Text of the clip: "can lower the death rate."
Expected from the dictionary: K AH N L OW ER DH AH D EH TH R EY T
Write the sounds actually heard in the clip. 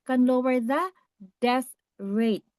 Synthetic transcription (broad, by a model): K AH N L OW ER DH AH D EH S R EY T